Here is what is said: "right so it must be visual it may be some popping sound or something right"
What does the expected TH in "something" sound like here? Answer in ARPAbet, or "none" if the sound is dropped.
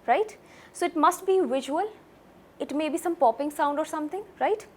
T